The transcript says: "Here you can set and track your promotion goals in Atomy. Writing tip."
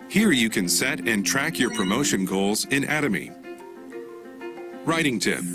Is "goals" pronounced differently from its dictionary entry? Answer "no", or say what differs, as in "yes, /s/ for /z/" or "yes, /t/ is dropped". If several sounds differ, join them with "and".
no